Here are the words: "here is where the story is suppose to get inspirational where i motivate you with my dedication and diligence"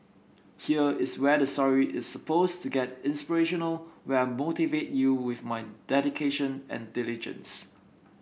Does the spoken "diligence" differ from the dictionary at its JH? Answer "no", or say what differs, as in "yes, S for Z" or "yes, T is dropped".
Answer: no